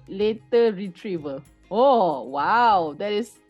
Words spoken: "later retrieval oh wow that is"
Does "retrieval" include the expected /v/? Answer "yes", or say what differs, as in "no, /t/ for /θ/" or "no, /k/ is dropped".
yes